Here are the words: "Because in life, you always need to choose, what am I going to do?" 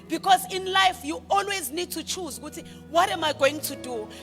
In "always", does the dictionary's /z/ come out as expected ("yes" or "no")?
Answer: yes